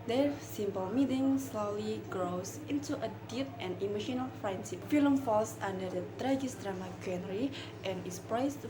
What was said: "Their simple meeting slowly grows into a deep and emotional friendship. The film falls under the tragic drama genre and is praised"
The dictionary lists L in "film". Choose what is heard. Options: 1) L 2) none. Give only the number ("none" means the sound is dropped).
2